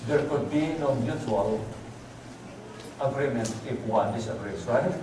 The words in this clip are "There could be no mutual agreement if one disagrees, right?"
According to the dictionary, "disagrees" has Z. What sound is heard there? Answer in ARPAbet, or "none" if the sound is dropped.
S